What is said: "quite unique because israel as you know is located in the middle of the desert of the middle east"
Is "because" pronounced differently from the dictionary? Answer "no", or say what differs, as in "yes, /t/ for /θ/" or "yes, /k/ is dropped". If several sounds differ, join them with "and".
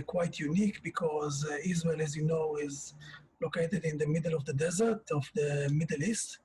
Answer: no